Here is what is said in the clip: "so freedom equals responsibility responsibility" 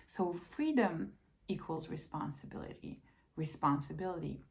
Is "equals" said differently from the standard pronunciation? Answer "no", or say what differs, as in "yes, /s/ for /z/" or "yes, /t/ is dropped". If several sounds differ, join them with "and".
no